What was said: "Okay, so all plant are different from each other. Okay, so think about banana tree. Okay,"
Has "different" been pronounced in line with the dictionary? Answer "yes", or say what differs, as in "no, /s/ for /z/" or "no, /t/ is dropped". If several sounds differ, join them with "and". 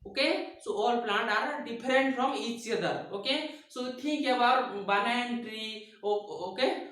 no, /p/ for /f/